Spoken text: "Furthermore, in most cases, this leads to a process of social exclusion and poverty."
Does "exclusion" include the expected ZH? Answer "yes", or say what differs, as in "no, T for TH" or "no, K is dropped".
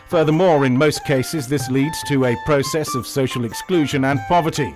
yes